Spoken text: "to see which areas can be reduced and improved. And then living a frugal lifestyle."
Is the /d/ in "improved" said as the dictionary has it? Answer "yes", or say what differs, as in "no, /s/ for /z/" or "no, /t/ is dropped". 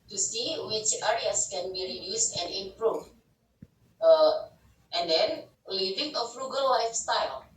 no, /d/ is dropped